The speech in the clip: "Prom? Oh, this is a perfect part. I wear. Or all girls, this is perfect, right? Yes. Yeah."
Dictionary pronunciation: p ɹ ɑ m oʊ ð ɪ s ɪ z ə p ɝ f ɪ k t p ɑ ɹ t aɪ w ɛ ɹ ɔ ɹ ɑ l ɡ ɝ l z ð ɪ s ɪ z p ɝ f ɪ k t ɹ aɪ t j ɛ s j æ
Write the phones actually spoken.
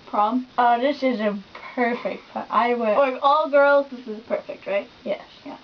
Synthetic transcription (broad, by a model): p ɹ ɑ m oʊ ð ɪ s ɪ z ə p ɝ f ɪ k t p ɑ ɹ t aɪ w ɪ l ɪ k ɑ l ɡ ɝ l z ð ɪ s ɪ z p ɝ f ɪ k t ɹ aɪ t j ɛ s j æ